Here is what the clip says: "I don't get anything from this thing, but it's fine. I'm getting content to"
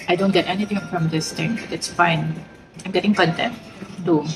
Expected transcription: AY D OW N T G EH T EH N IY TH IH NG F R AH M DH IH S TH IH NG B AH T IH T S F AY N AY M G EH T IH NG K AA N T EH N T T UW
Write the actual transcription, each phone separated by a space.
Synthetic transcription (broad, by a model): AY D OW N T G EH T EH N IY T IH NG F R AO M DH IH S T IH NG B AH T IH T S F AY N AY M G EH T IH NG K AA N T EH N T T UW